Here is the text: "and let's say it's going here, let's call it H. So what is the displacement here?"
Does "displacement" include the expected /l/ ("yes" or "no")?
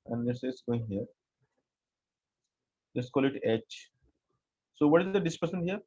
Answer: no